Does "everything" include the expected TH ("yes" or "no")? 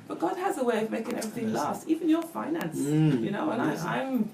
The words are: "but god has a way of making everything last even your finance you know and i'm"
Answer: yes